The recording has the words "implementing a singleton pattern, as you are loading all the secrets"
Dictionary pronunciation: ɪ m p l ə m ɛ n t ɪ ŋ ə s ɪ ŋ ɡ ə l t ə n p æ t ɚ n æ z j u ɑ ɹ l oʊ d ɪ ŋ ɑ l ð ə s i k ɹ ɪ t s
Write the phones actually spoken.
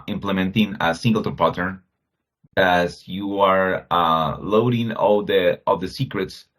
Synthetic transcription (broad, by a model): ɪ m p l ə m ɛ n t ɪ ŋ ə s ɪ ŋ ɡ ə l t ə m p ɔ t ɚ æ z j u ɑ ɹ l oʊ d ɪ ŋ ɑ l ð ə s i k ɹ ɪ t s